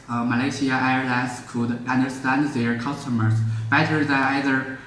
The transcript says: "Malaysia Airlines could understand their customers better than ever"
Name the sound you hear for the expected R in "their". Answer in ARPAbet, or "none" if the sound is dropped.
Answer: R